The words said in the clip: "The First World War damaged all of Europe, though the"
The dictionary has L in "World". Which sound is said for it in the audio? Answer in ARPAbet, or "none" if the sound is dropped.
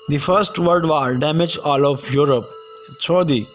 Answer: none